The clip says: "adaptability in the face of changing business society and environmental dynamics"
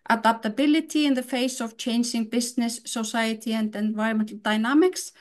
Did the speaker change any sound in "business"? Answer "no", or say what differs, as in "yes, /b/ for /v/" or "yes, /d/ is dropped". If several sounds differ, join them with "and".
yes, /s/ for /z/